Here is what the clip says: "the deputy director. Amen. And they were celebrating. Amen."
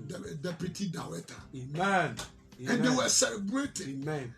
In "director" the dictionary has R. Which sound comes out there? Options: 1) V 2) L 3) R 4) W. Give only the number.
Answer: 4